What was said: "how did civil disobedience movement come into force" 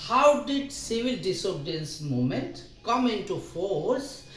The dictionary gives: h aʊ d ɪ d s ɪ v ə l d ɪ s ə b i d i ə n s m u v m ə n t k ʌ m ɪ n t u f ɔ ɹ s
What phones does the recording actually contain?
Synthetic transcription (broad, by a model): h aʊ d ɪ d s ɪ v ə l d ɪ s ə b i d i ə n s m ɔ m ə n t k ʌ m ɪ n t u f ɔ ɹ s